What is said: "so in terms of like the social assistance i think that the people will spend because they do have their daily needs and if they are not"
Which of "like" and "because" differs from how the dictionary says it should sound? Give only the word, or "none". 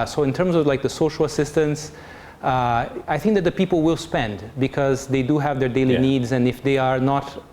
none